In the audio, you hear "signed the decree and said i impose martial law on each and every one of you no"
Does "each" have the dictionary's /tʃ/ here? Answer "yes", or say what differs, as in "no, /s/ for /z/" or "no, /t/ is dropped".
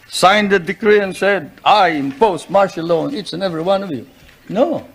no, /s/ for /tʃ/